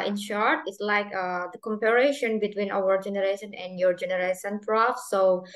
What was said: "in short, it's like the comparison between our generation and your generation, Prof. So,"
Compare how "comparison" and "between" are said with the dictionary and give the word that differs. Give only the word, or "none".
comparison